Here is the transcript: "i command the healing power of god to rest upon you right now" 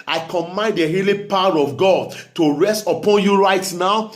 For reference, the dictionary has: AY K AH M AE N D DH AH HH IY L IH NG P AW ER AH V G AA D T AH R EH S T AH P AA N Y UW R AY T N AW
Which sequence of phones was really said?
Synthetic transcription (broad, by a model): AY K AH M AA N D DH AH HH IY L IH P AW ER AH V G AA D T AH R EH S T AH P AA N Y UW R AY T N AW